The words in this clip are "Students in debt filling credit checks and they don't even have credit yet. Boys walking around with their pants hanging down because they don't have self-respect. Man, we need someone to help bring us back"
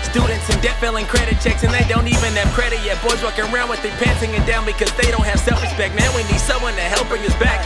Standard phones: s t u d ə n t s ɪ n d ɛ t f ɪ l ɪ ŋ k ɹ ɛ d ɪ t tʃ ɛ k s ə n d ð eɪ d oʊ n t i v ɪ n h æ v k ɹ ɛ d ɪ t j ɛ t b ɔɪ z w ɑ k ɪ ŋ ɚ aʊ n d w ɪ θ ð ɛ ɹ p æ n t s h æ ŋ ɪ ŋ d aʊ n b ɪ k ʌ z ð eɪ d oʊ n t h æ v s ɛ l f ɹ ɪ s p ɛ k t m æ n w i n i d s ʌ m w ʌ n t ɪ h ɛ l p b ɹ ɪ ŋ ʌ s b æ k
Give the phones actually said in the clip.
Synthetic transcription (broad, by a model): s t u d n t s ɪ n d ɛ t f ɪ l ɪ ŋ k ɹ ɛ d ɪ t tʃ ɛ k s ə n ð eɪ d oʊ n t i v ɪ n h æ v k ɹ ɛ d ɪ t j ɛ t b ɔɪ z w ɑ k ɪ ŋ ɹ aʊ n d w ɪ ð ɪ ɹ p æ n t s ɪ ŋ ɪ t d aʊ n b ɪ k ʌ z ð eɪ d oʊ n t h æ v s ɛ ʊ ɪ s b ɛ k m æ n w i n i d s ʌ m w ʌ n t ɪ h ɛ l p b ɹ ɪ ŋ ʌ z b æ k